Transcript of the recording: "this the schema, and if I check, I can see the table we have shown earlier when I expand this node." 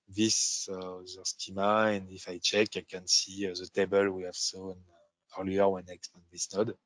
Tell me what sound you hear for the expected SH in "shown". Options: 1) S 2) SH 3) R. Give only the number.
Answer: 1